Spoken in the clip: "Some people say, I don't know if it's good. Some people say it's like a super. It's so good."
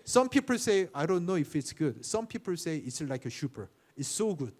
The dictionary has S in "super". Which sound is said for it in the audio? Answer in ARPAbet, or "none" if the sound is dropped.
SH